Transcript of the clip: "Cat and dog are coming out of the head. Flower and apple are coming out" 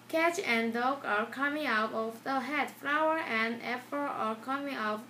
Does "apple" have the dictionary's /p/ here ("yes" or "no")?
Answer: no